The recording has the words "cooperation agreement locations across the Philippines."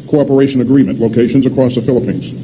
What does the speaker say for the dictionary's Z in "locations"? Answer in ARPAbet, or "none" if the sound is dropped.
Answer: Z